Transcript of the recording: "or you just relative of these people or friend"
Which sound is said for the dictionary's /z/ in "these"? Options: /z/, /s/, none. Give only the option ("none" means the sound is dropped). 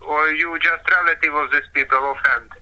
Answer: /s/